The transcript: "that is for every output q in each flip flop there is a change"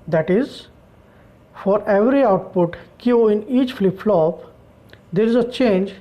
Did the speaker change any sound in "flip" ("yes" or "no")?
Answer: no